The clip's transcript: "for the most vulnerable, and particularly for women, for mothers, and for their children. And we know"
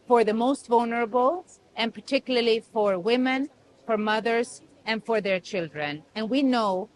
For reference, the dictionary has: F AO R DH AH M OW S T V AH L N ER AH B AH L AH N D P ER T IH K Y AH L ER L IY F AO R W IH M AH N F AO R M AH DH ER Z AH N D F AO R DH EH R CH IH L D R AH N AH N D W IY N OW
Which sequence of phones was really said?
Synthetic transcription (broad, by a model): F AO R DH AH M OW S T V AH L N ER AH B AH L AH N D P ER T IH K Y L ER L IY F AO R W IH M AH N F AO R M AH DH ER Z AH N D F AO R DH EH R CH IH L D R AH N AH N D W IY N OW